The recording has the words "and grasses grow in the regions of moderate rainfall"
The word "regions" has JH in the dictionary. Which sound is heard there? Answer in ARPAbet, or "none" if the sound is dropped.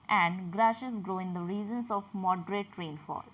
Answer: Z